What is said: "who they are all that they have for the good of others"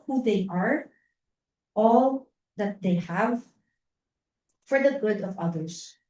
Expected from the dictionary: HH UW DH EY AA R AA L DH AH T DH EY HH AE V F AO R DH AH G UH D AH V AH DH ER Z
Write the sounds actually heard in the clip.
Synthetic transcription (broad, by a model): HH UW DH EY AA R AA L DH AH T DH EY HH AE V F AO R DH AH G UH D AH V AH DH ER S